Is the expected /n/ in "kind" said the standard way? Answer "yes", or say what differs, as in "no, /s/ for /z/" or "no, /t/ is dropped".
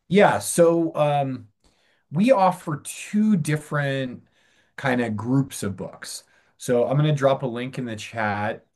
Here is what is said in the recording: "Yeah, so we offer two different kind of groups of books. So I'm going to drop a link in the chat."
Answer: yes